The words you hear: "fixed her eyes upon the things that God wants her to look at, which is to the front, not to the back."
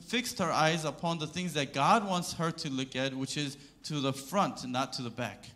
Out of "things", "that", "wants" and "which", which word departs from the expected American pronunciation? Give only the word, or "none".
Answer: none